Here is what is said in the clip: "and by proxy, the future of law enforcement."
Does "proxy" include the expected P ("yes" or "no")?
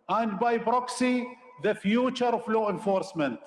no